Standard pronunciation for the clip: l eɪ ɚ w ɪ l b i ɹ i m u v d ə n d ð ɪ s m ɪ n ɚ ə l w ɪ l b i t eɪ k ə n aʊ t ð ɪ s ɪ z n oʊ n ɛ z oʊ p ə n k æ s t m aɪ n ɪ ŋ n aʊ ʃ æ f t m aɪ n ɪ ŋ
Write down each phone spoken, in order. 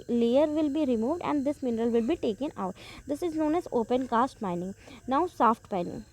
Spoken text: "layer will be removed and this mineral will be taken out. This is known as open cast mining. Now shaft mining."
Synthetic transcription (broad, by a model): l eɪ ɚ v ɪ l b i ɹ i m u v d ə n d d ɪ s m ɪ n ɚ ə l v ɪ l b i t eɪ k ə n aʊ t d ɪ s ɪ z n oʊ n ɛ z oʊ p ə n k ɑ s t m aɪ n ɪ ŋ n aʊ s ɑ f t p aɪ n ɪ ŋ